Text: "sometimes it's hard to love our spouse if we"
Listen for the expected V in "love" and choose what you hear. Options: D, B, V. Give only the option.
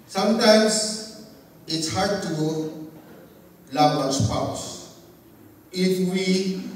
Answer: B